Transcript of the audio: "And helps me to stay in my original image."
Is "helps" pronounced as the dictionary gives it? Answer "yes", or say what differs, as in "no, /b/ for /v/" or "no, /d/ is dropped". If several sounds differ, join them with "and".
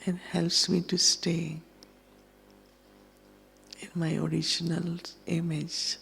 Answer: yes